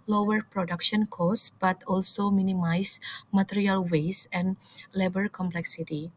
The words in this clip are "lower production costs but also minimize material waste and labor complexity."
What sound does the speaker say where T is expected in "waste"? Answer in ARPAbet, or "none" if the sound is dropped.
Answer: none